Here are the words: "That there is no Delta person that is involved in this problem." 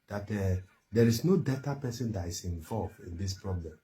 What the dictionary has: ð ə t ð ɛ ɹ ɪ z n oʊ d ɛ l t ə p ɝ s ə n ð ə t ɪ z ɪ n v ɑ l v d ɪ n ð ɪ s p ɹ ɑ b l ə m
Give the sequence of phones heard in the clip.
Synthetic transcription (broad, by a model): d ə t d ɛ ɹ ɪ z n oʊ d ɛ t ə p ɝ s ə n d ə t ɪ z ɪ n v ɑ l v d ɪ n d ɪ s p ɹ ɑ b l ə m